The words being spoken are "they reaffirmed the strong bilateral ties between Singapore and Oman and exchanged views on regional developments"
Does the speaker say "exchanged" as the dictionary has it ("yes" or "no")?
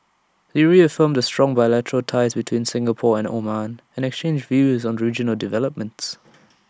yes